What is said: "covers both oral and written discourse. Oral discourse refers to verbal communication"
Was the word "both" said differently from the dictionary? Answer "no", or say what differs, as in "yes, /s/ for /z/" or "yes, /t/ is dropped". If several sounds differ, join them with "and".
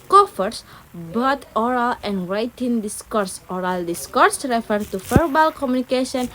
yes, /t/ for /θ/